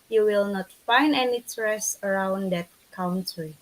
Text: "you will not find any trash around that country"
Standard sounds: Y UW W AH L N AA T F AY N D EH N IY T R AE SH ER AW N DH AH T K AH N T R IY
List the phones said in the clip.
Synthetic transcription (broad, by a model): Y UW W AH L N AA T F AY N D EH N IY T R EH S ER AW N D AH T K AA N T R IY